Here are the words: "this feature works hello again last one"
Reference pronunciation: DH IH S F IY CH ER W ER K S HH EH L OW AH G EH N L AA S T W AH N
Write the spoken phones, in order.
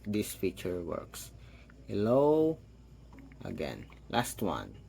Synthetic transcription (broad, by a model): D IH S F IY CH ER W ER K S HH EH L OW AH G EH N L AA S T W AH N